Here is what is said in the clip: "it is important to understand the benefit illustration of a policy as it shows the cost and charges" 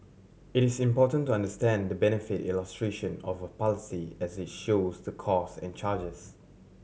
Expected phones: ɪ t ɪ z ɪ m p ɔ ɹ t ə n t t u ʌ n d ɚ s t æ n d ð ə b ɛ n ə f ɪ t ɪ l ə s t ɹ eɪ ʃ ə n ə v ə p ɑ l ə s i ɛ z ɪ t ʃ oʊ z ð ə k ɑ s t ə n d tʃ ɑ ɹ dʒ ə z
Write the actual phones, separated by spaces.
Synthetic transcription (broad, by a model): ɪ t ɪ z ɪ m p ɔ t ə n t t u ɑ n d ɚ s t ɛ n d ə b ɛ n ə f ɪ t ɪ l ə s t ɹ eɪ ʃ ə n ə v ə p ɑ l ə s i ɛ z ɪ t ʃ oʊ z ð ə k ɑ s ə n tʃ ɑ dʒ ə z